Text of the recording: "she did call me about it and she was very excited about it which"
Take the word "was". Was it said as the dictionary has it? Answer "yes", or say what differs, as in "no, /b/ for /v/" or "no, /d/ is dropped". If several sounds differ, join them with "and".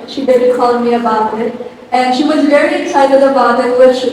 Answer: yes